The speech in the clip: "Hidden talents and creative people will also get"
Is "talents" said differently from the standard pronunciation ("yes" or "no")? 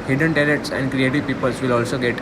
yes